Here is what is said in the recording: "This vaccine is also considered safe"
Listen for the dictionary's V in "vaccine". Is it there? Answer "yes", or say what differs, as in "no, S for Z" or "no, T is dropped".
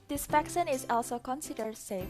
no, F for V